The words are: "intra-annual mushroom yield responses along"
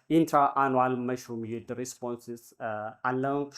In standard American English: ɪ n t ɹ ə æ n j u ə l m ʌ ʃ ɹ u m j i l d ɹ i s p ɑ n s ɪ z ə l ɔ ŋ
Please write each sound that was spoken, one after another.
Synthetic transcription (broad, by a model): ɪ n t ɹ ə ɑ n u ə l m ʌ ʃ u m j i d ɹ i s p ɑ n s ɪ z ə l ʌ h